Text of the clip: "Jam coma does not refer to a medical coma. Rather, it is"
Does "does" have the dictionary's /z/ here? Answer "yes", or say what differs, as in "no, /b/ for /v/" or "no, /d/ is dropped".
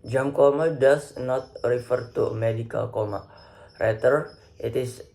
no, /s/ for /z/